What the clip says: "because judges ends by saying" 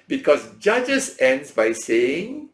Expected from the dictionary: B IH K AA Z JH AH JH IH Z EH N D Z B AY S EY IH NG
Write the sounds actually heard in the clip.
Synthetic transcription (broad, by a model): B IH K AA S JH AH JH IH S EH N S B AY S EY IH NG